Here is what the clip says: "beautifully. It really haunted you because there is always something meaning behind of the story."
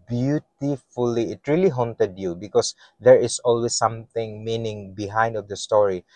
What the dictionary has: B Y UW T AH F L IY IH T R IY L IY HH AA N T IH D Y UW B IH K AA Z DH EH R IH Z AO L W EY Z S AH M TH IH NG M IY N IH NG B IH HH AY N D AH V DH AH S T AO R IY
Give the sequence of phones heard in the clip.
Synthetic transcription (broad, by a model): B Y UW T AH F L IY IH T R IY L IY HH AA N T IH D Y UW B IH K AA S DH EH R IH S AO L W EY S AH M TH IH NG M IY N IH NG B IH HH AY N D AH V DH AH S T AO R IY